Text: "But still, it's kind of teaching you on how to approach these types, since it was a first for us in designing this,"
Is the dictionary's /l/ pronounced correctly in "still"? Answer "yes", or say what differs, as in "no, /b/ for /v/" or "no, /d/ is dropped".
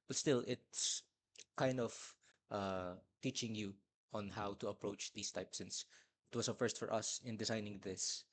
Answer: yes